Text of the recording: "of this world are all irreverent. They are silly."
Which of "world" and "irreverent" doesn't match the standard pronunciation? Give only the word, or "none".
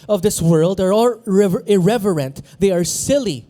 none